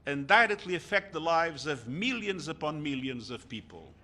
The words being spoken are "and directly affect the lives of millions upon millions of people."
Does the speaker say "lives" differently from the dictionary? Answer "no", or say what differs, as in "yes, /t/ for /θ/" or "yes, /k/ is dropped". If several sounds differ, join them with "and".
no